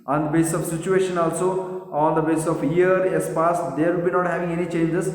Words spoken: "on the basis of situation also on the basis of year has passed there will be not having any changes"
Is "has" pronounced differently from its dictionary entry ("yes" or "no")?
yes